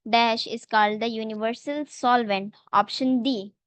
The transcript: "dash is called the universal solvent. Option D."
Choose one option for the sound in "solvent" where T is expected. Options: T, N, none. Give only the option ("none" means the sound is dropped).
T